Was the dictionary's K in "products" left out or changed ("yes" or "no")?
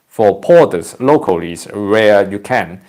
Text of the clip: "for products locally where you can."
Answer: yes